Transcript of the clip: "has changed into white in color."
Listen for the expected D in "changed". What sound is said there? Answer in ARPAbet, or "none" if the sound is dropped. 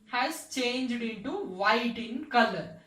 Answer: D